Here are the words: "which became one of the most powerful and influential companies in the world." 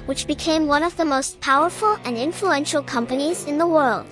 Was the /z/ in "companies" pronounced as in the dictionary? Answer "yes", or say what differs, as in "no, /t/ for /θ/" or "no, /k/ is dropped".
yes